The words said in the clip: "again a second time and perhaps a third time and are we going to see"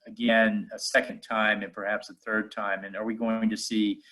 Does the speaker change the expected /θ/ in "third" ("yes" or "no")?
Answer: no